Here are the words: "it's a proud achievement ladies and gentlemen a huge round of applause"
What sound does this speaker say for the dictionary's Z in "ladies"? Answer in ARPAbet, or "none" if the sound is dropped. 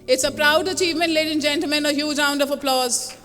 none